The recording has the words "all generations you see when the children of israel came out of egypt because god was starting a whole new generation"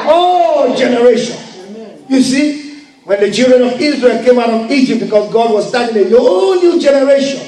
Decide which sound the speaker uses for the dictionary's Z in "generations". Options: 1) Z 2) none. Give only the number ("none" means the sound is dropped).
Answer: 2